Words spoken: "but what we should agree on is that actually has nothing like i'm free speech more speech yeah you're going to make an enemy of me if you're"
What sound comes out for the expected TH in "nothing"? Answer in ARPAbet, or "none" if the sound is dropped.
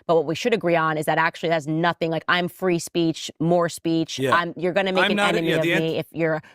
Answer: TH